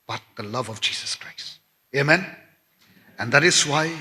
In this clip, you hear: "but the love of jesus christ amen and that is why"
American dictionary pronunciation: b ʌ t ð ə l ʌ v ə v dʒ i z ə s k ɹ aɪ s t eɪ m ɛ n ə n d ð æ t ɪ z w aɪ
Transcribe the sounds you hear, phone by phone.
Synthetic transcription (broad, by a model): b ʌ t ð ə l ʌ v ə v dʒ i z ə s k ɹ aɪ s t eɪ m ɛ n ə n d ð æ t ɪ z w aɪ